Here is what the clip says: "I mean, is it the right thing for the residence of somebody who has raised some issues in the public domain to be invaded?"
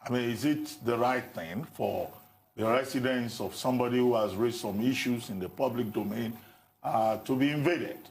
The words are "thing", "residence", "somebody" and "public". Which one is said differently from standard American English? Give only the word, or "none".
residence